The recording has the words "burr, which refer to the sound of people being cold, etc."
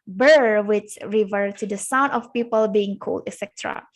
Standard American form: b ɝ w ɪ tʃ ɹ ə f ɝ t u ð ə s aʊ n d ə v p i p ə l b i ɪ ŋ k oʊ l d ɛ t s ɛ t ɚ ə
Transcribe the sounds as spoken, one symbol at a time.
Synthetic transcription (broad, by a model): b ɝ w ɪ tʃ ɹ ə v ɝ t u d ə s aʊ n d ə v p i p ə l b i ɪ ŋ k oʊ l d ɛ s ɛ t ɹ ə